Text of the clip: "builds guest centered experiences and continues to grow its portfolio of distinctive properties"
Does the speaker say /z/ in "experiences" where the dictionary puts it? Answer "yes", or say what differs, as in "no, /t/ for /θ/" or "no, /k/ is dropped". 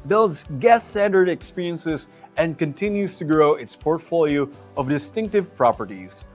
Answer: yes